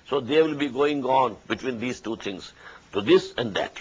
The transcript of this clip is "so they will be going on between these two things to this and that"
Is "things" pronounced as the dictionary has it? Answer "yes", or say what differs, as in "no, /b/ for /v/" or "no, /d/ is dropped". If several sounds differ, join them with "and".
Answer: no, /t/ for /θ/